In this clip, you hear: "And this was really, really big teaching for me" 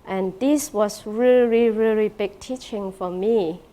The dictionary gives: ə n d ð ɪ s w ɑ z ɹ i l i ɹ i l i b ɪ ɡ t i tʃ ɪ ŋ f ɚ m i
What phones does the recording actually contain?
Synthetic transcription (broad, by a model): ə n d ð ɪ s w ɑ s ɹ i l i ɹ i l i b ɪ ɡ t i tʃ ɪ ŋ f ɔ m i